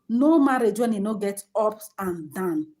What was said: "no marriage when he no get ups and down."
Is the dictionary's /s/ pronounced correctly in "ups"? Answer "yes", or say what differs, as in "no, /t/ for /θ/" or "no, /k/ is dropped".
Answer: no, /s/ is dropped